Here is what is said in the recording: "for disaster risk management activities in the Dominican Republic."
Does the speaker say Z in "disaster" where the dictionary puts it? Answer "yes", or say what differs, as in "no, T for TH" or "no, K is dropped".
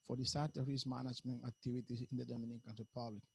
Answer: no, S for Z